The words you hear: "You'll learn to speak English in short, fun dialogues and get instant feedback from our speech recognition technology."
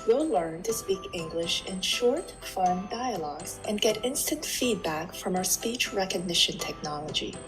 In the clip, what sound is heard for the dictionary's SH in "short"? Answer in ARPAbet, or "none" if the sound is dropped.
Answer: SH